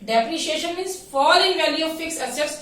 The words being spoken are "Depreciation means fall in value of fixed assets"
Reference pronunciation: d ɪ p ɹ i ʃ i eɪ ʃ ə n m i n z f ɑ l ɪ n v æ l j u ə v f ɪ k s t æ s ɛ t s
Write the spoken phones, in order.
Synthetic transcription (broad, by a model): d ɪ p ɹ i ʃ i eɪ ʃ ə n m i n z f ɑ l ɪ n v æ l j u ə v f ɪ k s ʌ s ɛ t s